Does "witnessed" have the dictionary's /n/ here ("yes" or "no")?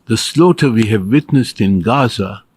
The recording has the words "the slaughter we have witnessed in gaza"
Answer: yes